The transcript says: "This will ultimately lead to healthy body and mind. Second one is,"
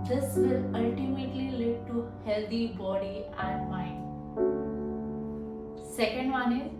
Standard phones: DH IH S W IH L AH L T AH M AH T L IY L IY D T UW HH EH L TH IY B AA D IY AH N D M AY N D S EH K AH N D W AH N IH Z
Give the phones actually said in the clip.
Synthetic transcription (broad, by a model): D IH S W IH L AH L T AH M AH T L IY L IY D T UW HH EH L T IY B AA D IY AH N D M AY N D S EH K AH N D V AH N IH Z